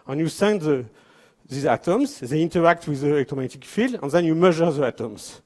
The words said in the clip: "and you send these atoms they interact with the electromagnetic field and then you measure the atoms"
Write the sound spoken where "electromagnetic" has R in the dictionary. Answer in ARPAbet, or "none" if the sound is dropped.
none